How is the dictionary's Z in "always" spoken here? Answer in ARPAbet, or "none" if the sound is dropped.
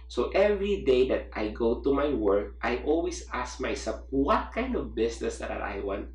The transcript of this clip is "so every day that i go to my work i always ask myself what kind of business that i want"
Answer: S